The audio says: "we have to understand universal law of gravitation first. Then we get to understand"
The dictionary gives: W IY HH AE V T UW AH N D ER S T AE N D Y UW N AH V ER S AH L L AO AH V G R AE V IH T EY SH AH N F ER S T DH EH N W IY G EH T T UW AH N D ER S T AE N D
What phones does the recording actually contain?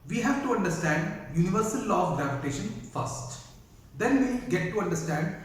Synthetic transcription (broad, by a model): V IY HH AE V T UW AH N D ER S T AE N D Y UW N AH V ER S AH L L AO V G R AE V IH T EY SH AH N F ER S T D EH N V IY G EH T T UW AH N D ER S T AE N D